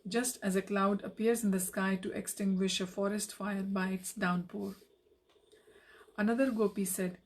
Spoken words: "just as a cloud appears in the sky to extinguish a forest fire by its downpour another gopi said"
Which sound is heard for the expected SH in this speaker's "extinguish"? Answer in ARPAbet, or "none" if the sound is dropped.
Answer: SH